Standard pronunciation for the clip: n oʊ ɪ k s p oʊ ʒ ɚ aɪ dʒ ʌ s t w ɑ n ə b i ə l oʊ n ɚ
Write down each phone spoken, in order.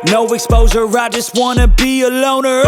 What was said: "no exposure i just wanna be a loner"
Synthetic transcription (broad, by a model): n oʊ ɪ k s p oʊ z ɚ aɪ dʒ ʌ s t w ɑ n ə b i ə l oʊ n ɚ